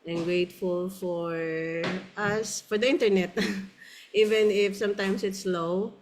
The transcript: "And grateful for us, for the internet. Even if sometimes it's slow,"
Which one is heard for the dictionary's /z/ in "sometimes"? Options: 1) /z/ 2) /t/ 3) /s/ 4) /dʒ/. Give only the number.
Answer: 3